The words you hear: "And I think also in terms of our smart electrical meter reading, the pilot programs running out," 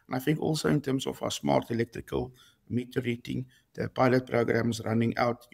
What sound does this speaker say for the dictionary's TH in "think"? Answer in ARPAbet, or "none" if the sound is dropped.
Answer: F